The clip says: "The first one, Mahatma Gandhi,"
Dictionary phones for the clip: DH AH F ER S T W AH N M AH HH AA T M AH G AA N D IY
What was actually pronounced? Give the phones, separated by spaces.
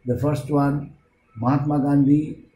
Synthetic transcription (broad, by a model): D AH F ER S T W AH N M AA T M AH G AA N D IY